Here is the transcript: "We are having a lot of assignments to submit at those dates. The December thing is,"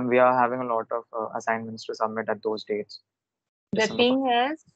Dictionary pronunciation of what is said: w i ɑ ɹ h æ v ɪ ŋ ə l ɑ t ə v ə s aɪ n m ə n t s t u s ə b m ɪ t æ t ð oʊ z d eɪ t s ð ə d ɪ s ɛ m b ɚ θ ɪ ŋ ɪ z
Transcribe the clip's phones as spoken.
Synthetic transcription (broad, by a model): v i ɑ ɹ h æ v ɪ ŋ ə l ɑ t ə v ə s aɪ n m ə n t s t u s ə b m ɪ t æ t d oʊ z d eɪ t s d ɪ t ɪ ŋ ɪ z